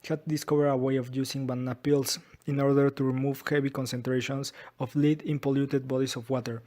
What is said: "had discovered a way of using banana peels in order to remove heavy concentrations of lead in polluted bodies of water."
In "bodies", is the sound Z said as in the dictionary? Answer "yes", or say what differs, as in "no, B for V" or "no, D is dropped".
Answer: no, S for Z